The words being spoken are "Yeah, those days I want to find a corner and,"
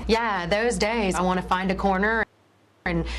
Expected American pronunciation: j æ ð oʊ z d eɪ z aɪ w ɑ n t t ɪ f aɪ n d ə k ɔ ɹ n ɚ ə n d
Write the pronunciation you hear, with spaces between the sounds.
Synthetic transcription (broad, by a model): j æ ð oʊ z d eɪ z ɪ w ɑ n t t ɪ f aɪ n d ə k ɔ ɹ n ɚ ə n